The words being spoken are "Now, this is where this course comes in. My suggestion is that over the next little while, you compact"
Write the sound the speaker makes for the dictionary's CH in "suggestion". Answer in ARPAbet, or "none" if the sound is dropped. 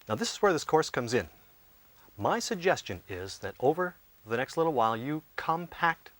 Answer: CH